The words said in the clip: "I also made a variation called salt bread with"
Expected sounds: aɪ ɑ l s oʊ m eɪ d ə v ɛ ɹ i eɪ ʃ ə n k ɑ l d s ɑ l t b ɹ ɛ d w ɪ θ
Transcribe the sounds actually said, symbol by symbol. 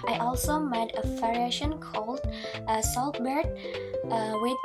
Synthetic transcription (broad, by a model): aɪ ɑ l s oʊ m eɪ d ə f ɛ ɹ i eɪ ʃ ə n k ɑ l d s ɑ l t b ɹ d w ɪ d